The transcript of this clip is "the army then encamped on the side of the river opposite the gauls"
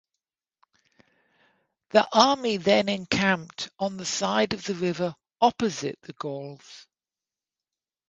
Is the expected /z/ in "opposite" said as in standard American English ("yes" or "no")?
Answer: yes